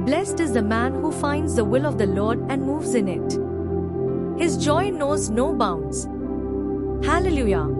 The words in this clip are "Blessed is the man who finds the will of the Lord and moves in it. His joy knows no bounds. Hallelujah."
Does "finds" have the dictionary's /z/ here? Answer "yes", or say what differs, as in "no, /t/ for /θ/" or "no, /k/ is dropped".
yes